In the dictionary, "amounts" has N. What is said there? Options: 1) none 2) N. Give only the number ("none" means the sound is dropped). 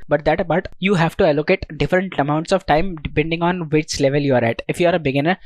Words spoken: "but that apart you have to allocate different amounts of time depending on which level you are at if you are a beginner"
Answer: 2